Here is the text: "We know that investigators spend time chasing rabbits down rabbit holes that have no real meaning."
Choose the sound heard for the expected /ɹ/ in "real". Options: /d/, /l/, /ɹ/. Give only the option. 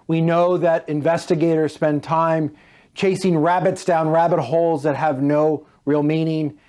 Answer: /ɹ/